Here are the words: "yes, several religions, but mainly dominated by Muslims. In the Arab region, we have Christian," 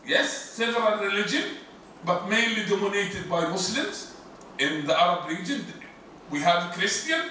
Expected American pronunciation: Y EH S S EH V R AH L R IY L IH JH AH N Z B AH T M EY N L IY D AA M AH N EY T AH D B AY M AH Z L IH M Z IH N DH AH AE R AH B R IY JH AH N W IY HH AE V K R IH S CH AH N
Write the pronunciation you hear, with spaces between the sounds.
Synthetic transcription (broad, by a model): Y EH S S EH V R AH N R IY L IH JH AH N B AH T M EY N L IY D AA M AH N EY T AH D B AY M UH S L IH M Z IH N DH AH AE R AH B R IY JH AH N W IY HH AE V K R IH S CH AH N